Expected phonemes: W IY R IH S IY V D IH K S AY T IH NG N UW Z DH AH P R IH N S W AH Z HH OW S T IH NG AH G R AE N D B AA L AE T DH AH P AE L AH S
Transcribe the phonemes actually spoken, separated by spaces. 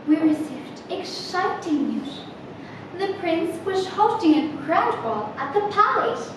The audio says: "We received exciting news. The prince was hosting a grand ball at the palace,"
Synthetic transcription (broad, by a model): W IY R IH S IY V D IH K SH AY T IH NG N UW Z DH AH P R IH N S W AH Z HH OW T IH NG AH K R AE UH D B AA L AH T DH AH P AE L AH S